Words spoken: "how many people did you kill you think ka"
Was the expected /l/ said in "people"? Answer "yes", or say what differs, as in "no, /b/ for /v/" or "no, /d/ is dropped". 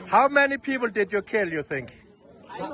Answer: yes